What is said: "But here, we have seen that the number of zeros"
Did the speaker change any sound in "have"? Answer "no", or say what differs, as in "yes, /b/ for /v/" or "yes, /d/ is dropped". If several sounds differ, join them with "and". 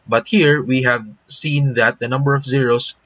no